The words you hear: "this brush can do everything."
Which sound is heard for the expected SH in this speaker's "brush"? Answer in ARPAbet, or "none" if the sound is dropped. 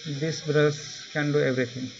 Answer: S